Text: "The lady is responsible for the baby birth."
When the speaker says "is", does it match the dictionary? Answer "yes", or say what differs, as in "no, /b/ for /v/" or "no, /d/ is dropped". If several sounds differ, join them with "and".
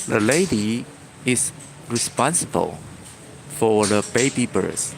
no, /s/ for /z/